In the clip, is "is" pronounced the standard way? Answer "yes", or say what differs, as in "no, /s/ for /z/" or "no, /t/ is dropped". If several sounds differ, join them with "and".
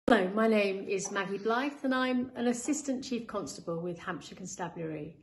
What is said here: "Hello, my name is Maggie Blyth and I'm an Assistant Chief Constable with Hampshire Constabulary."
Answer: yes